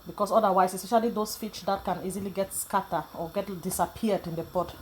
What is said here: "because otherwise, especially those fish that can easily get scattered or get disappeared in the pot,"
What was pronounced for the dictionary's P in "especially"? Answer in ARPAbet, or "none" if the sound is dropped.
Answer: none